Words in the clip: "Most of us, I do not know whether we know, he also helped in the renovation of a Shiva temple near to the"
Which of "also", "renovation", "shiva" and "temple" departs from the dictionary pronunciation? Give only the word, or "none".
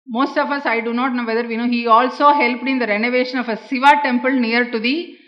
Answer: shiva